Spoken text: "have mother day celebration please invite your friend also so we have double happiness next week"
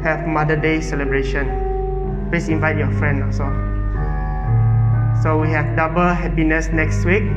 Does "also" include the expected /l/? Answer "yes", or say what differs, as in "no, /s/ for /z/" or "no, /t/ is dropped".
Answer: no, /l/ is dropped